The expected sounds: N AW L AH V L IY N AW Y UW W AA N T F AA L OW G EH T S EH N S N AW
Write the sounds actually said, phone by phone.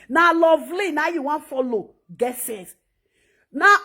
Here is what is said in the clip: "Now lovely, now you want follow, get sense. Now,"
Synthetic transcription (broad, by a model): N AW L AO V L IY N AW Y UW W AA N F AA L OW G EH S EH S N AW